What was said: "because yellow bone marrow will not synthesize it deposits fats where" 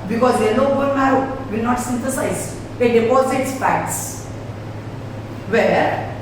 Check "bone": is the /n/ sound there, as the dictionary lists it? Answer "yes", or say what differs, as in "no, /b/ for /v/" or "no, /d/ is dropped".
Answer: no, /l/ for /n/